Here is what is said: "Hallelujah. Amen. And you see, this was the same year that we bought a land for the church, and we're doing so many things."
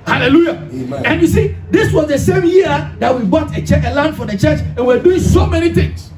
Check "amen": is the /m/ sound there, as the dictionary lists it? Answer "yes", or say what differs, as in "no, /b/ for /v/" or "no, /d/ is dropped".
no, /m/ is dropped